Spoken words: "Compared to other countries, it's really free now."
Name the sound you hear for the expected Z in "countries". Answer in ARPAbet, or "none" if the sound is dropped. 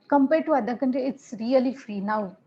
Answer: none